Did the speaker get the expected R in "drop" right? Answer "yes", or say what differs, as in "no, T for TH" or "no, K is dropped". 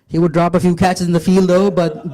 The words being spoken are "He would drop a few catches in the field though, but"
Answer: yes